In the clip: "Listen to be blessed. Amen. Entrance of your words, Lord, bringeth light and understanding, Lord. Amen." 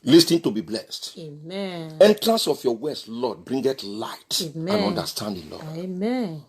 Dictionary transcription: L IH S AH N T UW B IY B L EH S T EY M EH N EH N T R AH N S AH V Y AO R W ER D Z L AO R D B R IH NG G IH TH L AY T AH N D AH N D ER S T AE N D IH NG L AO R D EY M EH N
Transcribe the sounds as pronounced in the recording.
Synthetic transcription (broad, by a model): L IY S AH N T UW B IY B L EH S T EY M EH EH N T R AH N S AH F Y AO W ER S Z L AO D B R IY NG G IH T L AY T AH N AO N D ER S T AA N D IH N L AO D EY M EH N